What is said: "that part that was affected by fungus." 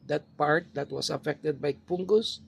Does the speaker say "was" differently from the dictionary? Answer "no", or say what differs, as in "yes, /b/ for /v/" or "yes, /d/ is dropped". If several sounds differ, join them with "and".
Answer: yes, /s/ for /z/